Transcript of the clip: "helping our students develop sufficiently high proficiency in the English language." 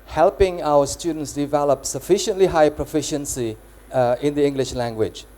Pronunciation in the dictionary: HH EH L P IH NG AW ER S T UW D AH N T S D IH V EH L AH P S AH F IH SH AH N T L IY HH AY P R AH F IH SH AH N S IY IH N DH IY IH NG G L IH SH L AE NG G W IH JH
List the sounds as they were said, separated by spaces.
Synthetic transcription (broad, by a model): HH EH L P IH NG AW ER S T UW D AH N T S D IH V EH L AH P S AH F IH SH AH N T L IY HH AY P R AH F IH SH AH N S IY IH N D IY IH NG G L IH SH L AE NG G W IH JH